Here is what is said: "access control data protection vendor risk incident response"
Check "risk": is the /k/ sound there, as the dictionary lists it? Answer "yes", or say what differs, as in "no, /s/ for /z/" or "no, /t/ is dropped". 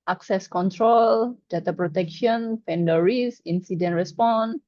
no, /k/ is dropped